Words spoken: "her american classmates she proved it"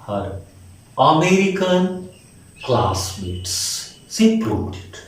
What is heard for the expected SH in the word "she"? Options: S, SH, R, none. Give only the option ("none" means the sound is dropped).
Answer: S